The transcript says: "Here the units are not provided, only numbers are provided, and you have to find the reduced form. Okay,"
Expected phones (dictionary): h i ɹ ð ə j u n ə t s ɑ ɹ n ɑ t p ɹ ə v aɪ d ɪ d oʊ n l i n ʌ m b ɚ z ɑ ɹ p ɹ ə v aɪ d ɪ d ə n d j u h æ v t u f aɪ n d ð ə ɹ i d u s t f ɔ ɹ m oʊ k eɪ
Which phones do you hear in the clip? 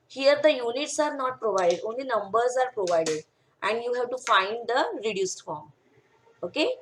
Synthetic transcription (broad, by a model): h i ɹ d ə j u n ə t s ɑ ɹ n ɑ t p ɹ ə v aɪ d ɪ d oʊ n l i n ʌ m b ɚ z ɑ ɹ p ɹ ə v aɪ d ɪ d ə n d j u h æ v t u f aɪ n d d ə ɹ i d u s t f ɔ ɹ m oʊ k eɪ